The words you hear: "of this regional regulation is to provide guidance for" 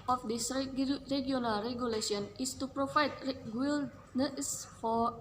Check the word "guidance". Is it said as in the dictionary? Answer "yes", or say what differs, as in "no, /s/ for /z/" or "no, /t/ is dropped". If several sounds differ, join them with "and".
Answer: no, /n/ is dropped